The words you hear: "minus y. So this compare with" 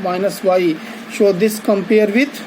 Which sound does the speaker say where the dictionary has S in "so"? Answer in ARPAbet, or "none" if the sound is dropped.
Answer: SH